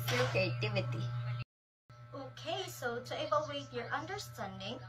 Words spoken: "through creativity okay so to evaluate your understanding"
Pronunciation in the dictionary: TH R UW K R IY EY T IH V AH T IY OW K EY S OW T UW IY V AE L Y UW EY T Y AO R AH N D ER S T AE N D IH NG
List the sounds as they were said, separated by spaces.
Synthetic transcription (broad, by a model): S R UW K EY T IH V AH T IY OW K EY S OW T UW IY B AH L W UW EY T Y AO R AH N D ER S T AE N D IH NG